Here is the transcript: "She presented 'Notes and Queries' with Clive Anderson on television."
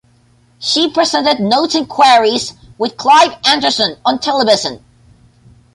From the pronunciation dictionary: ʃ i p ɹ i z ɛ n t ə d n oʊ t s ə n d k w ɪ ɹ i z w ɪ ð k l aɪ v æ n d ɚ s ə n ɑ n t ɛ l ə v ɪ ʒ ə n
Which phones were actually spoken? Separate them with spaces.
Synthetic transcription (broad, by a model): ʃ i p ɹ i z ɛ n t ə d n oʊ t ə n k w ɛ ɹ i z w ɪ ð k l aɪ v æ n d ɚ s ə n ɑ n t ɛ l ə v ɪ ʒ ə n